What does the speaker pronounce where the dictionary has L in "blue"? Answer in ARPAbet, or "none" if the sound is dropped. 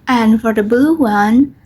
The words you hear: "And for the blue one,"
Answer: none